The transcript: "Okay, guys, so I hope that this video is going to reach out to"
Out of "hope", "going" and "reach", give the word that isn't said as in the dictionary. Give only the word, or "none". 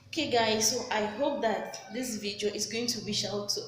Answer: reach